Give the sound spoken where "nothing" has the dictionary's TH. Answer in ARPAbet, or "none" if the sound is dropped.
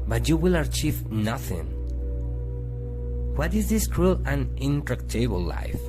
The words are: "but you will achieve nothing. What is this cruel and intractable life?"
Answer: TH